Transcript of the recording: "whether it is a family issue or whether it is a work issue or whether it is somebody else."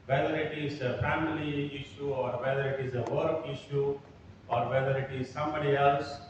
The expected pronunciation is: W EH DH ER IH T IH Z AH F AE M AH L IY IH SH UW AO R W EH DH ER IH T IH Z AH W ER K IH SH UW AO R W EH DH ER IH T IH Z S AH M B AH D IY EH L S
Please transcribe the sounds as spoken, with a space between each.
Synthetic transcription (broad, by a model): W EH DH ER IH T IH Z AH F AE M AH L IY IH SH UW AO R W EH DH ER IH T IH Z AH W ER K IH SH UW AO R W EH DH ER IH T IH Z S AH M B AH D IY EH L S